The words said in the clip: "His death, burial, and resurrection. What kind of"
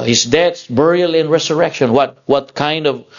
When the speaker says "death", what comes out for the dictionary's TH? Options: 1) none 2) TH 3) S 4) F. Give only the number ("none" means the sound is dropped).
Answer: 3